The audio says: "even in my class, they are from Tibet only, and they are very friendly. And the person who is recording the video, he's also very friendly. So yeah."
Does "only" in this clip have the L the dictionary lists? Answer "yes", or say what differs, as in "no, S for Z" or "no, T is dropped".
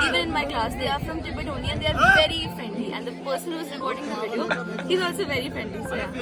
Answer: no, L is dropped